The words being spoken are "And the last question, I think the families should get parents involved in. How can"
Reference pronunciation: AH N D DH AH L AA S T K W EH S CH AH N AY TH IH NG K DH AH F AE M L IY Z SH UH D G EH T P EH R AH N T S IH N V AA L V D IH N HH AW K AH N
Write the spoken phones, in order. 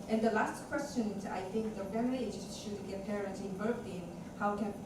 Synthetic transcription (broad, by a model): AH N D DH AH L AA S T K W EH S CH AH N AY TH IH NG K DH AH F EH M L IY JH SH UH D G EH T P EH R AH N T IH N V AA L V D IH N HH AW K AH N